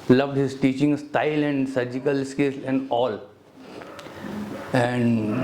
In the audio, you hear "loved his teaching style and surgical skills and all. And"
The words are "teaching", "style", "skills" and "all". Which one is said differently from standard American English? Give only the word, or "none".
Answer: skills